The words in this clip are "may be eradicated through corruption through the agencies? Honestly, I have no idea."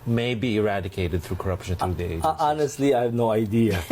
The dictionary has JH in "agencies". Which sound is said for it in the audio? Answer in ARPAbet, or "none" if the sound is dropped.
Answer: none